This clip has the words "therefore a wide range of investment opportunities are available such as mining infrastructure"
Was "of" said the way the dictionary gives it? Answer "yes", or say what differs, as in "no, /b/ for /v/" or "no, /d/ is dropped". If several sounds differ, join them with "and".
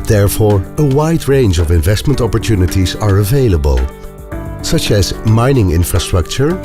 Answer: yes